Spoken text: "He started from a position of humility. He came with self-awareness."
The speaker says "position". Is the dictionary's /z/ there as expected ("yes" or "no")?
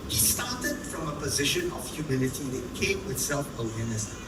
yes